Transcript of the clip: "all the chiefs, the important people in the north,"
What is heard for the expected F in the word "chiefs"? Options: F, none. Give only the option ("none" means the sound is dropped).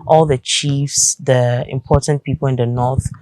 F